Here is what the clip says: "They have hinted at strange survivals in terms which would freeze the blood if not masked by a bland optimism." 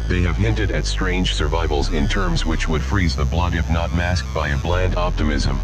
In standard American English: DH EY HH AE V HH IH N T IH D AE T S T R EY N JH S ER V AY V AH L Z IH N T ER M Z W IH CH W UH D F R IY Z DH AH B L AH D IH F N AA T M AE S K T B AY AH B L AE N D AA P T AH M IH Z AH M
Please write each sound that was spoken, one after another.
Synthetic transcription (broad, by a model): DH EY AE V HH IH N T IH D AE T S T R EY N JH S ER V AY V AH L Z IH N T ER M Z W IH CH W UH D F R IY Z DH AH B L AH D IH F N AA T M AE S K B AY AH B L AE N D AA P T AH M IH Z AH M